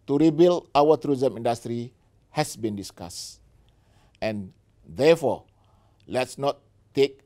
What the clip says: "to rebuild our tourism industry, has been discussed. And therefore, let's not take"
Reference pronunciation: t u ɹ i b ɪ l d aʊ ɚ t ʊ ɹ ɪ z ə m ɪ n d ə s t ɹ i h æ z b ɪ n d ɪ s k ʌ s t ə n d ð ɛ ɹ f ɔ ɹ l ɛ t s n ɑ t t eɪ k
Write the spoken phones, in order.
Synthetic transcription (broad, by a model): t u ɹ i b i l aʊ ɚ t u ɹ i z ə m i n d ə s t ɹ i h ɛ s b ɪ n d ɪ s k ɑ s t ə n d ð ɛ f ɔ l ɛ t s n ɑ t t eɪ k